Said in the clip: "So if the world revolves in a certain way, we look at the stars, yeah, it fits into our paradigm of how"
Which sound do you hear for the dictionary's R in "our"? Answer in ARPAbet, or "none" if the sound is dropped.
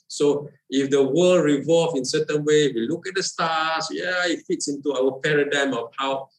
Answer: L